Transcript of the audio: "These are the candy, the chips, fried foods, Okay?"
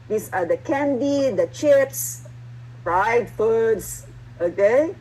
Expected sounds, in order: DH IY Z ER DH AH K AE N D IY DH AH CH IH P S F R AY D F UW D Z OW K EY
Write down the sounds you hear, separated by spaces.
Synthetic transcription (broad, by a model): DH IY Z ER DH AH K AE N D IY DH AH CH IH P S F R AY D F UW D S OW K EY